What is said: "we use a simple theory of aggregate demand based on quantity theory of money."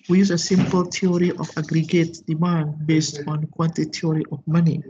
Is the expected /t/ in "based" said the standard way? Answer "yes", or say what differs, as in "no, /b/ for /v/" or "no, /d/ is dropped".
yes